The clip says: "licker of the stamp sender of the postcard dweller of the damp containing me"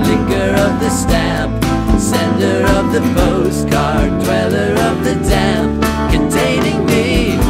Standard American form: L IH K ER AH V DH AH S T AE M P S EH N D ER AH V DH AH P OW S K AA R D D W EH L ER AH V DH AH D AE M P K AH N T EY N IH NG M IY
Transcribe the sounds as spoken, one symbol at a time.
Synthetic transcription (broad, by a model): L IH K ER AH V DH AH S T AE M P S EH N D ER AH V DH AH B OW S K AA R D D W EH L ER AH V DH AH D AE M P K AH N T EY N IH NG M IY